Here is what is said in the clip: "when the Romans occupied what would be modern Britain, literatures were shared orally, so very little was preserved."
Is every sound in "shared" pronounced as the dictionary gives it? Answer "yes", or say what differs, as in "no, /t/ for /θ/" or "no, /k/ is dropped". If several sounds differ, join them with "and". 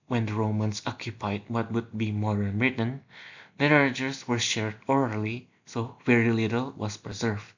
yes